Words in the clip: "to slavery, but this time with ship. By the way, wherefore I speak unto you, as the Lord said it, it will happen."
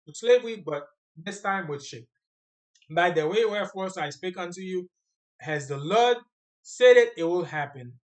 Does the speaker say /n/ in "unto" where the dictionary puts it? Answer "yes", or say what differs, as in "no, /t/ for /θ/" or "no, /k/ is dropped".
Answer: yes